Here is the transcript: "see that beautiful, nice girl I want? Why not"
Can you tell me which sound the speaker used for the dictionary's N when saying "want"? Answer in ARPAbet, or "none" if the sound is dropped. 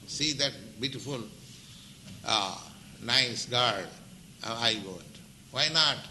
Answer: none